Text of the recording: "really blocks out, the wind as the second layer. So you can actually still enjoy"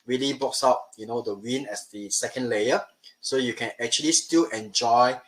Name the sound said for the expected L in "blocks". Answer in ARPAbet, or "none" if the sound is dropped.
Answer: none